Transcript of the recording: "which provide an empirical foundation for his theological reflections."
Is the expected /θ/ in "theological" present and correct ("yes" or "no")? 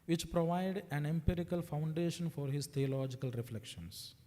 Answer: no